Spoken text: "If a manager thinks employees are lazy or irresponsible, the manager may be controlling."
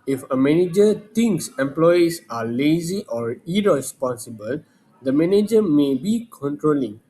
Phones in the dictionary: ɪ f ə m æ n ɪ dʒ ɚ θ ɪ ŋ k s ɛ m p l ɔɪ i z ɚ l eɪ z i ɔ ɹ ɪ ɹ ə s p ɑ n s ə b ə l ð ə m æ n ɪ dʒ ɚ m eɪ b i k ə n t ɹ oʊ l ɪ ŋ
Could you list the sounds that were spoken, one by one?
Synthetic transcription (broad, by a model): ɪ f ə m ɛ n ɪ dʒ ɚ t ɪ ŋ k s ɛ m p l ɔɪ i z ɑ l eɪ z i ɔ ɹ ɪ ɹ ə s p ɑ n s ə b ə l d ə m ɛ n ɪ dʒ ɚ m eɪ b i k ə n t ɹ oʊ l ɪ ŋ